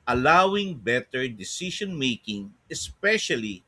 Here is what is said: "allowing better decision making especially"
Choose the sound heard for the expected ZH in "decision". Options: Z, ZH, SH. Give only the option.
SH